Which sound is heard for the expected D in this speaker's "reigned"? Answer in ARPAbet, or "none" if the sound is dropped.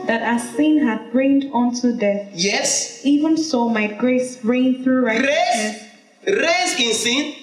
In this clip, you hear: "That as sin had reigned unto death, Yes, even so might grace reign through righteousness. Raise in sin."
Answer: D